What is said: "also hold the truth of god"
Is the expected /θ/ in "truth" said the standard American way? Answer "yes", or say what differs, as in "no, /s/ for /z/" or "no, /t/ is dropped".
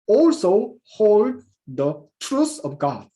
no, /s/ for /θ/